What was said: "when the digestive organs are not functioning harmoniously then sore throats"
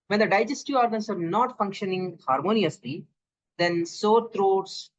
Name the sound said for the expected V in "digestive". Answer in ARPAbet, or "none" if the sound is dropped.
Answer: none